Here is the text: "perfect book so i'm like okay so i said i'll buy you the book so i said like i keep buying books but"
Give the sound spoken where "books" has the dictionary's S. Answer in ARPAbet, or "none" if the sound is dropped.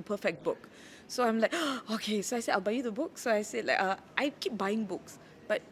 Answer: S